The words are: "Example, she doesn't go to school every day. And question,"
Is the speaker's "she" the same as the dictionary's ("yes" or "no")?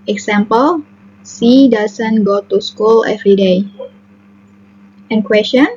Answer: no